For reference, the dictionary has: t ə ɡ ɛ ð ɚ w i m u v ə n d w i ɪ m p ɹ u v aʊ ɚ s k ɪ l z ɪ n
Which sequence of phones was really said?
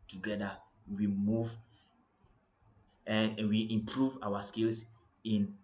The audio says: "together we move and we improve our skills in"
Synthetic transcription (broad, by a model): t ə ɡ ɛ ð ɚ w i m u v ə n w i ɪ m p ɹ u v aʊ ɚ s k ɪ l s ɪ n